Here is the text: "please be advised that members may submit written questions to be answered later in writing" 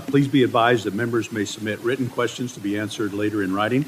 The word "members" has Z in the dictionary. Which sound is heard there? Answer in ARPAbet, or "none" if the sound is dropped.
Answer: Z